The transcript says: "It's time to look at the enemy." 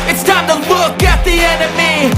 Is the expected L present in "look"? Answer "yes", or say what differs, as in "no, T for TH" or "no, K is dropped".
no, W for L